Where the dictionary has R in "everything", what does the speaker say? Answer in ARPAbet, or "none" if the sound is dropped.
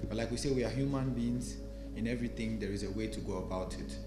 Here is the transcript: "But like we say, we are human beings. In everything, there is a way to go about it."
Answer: R